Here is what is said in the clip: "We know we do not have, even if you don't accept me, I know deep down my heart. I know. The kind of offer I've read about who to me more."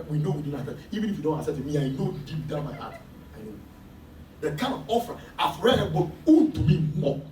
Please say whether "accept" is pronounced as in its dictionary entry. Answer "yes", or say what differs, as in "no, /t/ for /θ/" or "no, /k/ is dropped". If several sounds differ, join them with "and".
no, /k/ is dropped and /p/ is dropped